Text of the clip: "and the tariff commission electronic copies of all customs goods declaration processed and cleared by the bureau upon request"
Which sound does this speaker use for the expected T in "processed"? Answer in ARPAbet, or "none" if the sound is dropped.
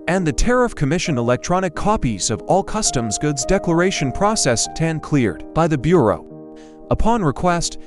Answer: T